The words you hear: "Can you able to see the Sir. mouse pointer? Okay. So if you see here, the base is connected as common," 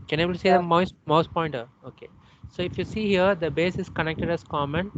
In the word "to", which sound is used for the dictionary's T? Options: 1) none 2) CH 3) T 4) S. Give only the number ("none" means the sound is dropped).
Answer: 4